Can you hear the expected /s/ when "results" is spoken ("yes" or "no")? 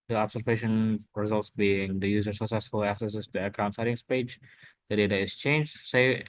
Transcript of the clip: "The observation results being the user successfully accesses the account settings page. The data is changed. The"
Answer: yes